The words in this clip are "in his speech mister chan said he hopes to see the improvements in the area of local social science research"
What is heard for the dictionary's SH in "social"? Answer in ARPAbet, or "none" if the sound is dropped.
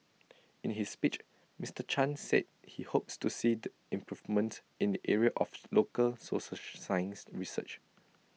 S